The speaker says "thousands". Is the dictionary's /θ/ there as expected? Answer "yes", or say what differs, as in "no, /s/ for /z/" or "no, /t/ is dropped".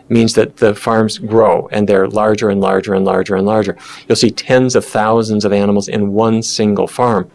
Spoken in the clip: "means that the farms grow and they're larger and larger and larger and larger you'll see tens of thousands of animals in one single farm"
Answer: yes